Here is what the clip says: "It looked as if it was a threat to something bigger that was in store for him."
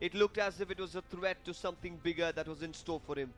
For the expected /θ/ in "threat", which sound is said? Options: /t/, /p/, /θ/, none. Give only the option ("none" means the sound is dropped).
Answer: /t/